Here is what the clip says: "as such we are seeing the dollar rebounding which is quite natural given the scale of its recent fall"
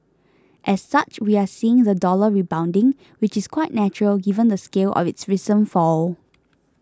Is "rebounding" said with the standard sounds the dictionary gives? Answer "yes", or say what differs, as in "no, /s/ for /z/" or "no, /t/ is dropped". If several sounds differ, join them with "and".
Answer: yes